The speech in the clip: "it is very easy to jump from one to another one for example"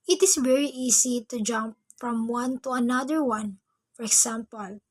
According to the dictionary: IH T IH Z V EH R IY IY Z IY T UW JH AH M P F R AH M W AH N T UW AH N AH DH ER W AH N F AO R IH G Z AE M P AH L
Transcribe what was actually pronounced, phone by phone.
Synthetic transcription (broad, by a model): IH T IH S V EH R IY IY S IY T UW JH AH M P F R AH M W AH N T UW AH N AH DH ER W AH N F AO R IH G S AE M P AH L